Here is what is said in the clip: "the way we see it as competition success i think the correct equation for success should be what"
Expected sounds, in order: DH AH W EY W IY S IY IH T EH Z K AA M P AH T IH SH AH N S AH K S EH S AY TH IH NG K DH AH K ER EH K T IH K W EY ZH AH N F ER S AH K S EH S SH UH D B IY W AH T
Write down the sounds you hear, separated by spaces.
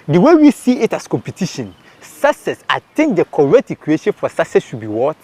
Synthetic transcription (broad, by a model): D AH W EY W IY S IY IH T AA S K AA M P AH T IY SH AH N S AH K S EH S AY T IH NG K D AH K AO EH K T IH K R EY SH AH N F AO S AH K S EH S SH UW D B IY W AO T